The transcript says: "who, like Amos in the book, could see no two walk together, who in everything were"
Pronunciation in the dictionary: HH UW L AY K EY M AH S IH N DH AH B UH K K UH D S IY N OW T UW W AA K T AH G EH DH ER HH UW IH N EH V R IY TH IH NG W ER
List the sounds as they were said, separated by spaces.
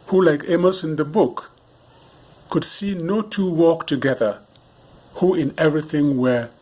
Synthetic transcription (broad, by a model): HH UW L AY K EY M AH S IH N DH AH B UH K K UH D S IY N OW T UW W AA K T AH G EH DH ER HH UW IH N EH V R IY TH IH NG W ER